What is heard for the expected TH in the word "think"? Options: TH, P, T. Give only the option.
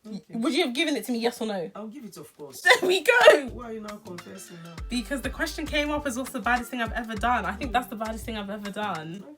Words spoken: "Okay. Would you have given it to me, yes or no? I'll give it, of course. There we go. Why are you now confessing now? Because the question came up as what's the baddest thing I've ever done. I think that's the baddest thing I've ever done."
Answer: TH